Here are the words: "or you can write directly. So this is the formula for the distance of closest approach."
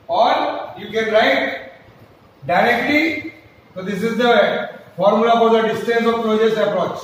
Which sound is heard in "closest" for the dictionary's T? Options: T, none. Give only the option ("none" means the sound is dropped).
none